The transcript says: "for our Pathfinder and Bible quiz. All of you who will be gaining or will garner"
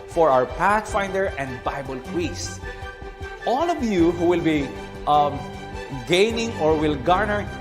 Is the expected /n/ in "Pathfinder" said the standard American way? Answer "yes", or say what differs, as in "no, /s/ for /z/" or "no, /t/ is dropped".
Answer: yes